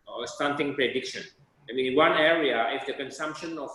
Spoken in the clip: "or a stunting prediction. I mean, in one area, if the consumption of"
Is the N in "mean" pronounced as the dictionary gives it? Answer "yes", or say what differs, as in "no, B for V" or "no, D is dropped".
no, N is dropped